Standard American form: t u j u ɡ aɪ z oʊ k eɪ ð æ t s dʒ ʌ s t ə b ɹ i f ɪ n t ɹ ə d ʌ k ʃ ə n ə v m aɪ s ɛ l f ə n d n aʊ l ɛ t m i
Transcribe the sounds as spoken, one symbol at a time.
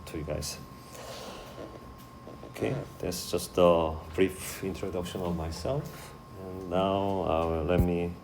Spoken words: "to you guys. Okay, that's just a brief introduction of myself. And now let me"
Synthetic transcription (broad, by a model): t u j u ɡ aɪ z oʊ k eɪ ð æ t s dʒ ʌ s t ə b ɹ i f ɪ n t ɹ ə d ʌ k ʃ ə n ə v m aɪ s ɛ l f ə n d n aʊ l ɛ t m i